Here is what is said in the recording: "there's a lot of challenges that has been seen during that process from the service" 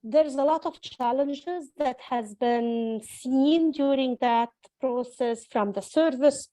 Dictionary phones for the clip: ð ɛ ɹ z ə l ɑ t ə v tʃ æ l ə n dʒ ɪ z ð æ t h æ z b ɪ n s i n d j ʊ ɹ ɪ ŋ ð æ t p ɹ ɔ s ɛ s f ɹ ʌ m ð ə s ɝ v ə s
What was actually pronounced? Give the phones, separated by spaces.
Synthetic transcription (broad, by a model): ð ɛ ɹ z ə l ɑ t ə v tʃ æ l ə n dʒ ɪ z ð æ t h æ z b ɪ n s i n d j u ɹ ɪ ŋ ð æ t p ɹ ɔ s ɛ s f ɹ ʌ m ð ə s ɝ v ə s